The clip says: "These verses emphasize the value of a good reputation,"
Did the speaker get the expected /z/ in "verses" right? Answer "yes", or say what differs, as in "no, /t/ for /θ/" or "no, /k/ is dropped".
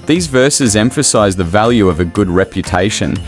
yes